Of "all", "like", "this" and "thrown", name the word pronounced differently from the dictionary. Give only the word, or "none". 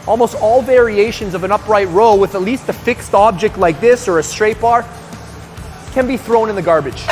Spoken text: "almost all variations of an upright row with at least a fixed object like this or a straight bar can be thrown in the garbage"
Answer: none